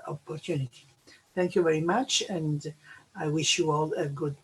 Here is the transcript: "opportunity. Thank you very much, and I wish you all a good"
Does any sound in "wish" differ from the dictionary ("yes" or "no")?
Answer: no